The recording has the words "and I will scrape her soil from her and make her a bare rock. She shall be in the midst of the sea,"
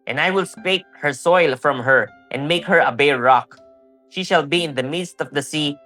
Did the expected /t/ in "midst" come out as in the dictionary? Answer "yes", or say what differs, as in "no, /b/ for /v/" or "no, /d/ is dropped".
yes